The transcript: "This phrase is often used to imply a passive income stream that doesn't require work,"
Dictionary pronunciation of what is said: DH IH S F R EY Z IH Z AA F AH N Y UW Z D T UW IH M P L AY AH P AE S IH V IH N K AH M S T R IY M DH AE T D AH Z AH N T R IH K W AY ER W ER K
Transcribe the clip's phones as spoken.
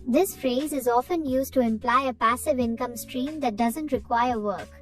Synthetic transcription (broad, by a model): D IH S F R EY Z IH Z AA F AH N Y UW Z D T UW IH M P L AY AH P AE S IH V IH N K AH M S T R IY M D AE T D AH Z AH N T R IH K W AY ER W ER K